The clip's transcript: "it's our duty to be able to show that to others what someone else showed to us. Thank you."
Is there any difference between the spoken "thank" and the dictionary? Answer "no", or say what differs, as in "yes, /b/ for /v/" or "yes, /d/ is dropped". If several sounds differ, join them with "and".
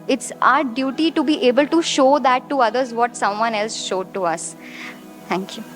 yes, /t/ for /θ/